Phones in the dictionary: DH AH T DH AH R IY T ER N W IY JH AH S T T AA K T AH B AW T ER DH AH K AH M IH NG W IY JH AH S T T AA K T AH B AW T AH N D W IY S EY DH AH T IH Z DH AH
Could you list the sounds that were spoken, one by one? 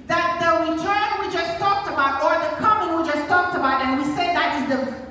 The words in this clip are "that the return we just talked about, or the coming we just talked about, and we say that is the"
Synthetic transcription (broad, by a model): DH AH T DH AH W IY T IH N W IY JH AH S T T AA K T AH B AW T ER DH AH K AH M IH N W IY JH AH S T T AA K T AH B AW T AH N W IY S EY DH AH T IH Z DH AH